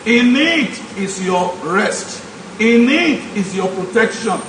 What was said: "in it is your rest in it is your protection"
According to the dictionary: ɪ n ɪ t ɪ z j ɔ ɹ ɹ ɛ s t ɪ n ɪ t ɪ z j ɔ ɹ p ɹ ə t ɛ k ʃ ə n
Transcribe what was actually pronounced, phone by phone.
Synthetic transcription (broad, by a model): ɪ n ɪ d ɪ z j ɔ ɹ ɹ ɛ s t ɪ n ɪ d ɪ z j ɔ p ɹ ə t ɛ k ʃ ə n